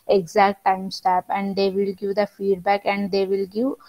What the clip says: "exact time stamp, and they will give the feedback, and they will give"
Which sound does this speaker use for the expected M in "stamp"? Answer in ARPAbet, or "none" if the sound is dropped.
none